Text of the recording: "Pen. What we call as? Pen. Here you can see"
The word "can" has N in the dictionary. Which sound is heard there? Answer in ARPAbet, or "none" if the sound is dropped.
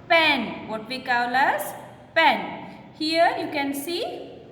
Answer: N